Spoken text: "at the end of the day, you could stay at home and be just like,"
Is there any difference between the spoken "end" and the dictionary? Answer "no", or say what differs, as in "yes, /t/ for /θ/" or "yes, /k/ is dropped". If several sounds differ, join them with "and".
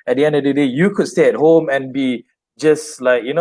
no